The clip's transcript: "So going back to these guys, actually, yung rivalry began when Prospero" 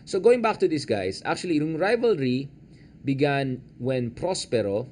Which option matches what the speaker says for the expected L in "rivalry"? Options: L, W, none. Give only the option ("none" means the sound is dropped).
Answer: L